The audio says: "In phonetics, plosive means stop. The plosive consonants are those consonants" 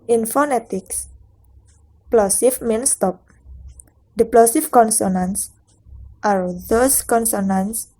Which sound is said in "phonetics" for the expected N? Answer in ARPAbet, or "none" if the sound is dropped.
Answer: N